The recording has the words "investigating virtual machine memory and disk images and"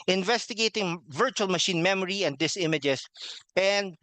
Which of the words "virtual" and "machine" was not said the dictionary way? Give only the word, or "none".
none